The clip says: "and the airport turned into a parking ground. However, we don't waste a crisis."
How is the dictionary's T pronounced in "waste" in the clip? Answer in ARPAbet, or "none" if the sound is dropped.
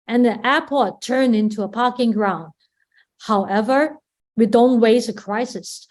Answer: none